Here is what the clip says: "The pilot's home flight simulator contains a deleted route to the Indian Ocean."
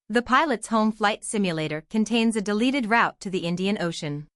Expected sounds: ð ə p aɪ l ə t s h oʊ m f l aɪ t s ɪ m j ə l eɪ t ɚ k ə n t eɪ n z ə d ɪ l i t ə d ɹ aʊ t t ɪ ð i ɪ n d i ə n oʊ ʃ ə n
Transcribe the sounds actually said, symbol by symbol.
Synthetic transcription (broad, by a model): ð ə p aɪ l ə t s h oʊ m f l aɪ t s ɪ m j ə l eɪ t ɚ k ə n t eɪ n z ə d ɪ l i t ə d ɹ aʊ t t ɪ ð i ɪ n d i ə n oʊ ʃ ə n